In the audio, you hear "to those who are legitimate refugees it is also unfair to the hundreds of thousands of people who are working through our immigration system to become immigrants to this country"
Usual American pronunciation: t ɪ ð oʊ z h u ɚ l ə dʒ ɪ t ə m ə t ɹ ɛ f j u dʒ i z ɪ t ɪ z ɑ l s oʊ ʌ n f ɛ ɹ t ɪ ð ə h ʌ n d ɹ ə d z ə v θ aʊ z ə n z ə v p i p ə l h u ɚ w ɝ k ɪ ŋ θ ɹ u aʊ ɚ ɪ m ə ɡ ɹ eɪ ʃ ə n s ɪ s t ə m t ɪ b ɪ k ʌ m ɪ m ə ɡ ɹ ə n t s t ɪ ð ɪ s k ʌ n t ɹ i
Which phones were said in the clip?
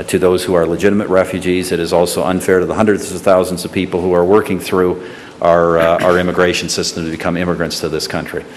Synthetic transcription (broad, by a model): t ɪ ð oʊ z h u ɚ l ə dʒ ɪ t ə m ə t ɹ ɛ f j u dʒ i z ɪ t ɪ z ɑ l s oʊ ʌ n f ɛ ɹ t ɪ ð ə h ʌ n d ɹ ə d z ə v θ aʊ z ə n z ə v p i p l h u ɚ w ɝ k ɪ ŋ θ ɹ u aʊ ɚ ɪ m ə ɡ ɹ eɪ ʃ n s ɪ s t ə m t ɪ b ɪ k ʌ m ɪ m ə ɡ ɹ ə n t s t ɪ ð ɪ s k ʌ n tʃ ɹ i